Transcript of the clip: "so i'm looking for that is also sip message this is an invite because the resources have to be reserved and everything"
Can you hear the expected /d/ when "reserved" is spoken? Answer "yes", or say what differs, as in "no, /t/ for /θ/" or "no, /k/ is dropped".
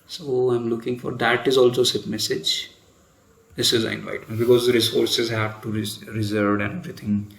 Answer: no, /d/ is dropped